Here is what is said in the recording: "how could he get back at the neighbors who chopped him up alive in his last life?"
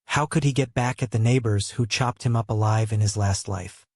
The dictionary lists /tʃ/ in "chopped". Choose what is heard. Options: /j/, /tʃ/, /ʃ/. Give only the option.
/tʃ/